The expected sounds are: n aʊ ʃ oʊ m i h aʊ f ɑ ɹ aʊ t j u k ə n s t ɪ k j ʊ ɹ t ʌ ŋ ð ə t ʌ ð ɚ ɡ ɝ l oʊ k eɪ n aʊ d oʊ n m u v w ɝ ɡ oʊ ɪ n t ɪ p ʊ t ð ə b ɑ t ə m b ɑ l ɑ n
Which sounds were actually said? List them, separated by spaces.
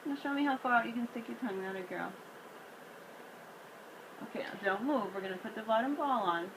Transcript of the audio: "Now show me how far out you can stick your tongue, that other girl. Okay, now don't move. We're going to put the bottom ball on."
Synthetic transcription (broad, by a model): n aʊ ʃ oʊ m i h aʊ f ɑ ɹ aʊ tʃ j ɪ k ə n s t ɪ k j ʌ ɹ t ʌ ŋ ð ə t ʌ ɪ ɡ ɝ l oʊ k eɪ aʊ d oʊ n m u v w ɝ ɡ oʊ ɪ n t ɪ p ʊ t ð ə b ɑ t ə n b ɑ l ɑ n